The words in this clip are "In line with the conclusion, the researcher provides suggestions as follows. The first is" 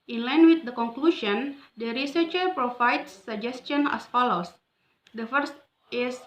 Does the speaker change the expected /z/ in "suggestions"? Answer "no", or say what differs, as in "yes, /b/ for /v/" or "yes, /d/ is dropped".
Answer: yes, /z/ is dropped